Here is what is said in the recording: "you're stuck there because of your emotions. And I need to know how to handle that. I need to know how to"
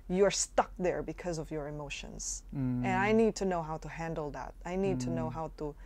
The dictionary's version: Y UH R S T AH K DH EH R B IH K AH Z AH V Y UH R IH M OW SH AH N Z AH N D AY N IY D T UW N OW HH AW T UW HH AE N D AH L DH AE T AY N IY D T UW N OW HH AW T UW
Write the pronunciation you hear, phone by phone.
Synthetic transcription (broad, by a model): Y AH R S T AH K DH EH R B IH K AH Z AH V Y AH R IH M OW SH AH N Z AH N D AY N IY D T UW N OW HH AW T UW HH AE N D L DH AE T AY N IY D T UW N OW HH AW T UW